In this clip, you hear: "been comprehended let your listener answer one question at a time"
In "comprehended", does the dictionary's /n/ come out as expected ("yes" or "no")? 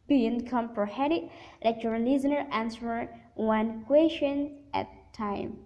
no